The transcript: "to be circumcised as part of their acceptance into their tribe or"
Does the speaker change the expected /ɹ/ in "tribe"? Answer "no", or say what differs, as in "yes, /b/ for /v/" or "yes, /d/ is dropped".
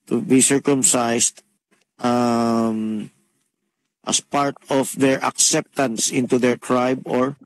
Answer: no